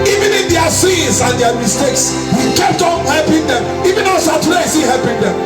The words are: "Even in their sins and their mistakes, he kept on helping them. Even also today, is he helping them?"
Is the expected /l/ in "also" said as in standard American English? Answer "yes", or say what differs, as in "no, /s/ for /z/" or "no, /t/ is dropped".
no, /l/ is dropped